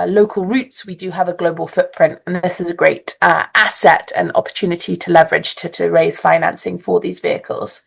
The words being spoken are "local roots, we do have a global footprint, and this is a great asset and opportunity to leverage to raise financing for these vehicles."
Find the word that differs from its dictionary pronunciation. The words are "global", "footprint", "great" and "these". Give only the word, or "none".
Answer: none